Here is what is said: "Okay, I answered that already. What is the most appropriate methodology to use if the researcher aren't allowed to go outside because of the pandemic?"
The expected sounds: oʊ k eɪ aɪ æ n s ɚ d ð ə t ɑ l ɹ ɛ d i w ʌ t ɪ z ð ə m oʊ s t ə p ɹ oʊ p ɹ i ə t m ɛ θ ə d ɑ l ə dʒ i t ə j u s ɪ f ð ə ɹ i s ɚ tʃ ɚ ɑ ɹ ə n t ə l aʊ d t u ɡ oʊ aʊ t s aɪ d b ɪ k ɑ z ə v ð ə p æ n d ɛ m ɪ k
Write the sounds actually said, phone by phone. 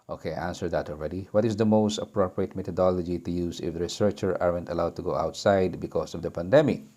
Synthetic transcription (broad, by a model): oʊ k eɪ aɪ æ n s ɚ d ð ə t ɑ l ɹ ɛ d i w ʌ t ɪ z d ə m oʊ s t ə p ɹ oʊ p ɹ i ə t m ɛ t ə d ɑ l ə dʒ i t ə j u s ɪ f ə ɹ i s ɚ tʃ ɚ ɑ ɹ ə n t ə l aʊ d t u ɡ oʊ aʊ t s aɪ d b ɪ k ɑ s ə v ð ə p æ n d ɛ m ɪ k